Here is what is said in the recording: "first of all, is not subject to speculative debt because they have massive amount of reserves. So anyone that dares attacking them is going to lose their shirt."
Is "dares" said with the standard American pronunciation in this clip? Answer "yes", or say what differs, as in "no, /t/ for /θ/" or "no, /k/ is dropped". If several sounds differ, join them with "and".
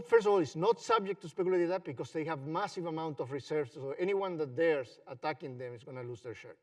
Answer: no, /s/ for /z/